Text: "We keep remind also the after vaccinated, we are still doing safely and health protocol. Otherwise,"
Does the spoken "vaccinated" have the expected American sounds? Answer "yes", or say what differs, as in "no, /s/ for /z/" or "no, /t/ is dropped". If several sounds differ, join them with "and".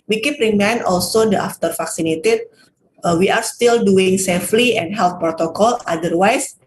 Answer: no, /f/ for /v/